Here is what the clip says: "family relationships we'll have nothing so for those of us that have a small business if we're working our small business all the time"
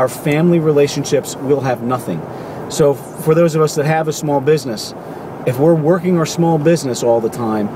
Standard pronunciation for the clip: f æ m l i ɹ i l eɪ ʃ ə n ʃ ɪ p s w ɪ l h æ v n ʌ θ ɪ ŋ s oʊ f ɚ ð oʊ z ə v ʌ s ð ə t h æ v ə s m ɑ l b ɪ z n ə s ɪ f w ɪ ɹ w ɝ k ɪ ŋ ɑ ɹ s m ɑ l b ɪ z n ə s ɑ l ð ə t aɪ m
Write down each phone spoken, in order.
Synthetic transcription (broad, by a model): f æ m l i ɹ i l eɪ ʃ ə n ʃ ɪ p s w ɪ l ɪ v n ʌ θ ɪ ŋ s oʊ f ɚ ð oʊ z ə v ʌ s ð ə t h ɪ v ə s m ɑ l b ɪ z n ə s ɪ f w ɪ ɹ w ɝ k ɪ ŋ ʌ ɹ s m ɑ l b ɪ z n ə s ɑ l ð ə t aɪ m